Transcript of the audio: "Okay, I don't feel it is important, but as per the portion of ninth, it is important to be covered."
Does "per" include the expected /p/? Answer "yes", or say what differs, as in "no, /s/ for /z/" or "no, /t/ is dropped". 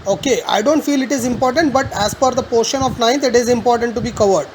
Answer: no, /f/ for /p/